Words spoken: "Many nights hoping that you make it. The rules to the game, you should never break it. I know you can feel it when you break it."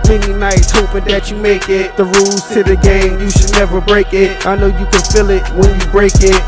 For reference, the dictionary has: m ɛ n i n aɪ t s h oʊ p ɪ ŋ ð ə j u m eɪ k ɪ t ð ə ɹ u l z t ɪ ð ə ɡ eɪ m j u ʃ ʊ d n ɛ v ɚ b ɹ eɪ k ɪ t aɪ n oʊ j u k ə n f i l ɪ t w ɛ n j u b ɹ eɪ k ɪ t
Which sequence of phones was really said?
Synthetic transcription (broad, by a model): m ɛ n i n aɪ t s h oʊ p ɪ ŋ ð ə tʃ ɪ m eɪ k ɪ t ð ə ɹ u l z s ɪ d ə ɡ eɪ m j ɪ ʃ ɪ d n ɛ v ɚ b ɹ eɪ k ɪ t aɪ n oʊ j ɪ k ə n f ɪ l ɪ t w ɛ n j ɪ b ɹ eɪ k ɪ t